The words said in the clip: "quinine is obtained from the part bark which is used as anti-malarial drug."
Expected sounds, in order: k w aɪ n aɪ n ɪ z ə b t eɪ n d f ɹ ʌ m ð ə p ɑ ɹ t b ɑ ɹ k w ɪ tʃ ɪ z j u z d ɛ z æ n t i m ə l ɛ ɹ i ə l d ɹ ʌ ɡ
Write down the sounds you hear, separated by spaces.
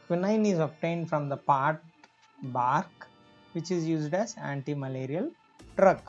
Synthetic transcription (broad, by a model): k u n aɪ n ɪ z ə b t eɪ n d f ɹ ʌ m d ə p ɑ ɹ t b ɑ ɹ k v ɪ tʃ ɪ z j u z d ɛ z æ n t i m ə l ɛ ɹ i ə l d ɹ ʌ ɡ